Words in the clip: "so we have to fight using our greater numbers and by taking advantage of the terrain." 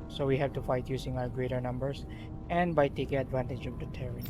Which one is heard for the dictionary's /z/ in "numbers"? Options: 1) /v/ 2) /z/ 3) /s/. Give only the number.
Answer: 3